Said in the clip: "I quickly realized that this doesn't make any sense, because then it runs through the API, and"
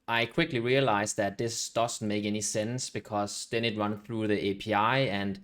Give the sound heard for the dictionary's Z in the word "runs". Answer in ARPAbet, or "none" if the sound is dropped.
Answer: none